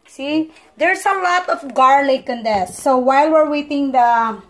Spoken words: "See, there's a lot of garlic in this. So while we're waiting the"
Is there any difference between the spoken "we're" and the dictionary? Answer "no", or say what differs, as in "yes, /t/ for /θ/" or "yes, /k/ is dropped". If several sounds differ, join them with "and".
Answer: no